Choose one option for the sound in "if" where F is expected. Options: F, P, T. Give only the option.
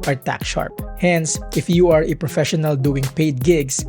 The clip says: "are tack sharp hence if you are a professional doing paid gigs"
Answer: F